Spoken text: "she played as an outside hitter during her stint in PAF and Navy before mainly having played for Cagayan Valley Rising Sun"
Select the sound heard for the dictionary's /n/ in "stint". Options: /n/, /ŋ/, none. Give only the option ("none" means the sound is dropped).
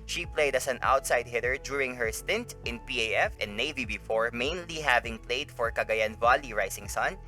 /n/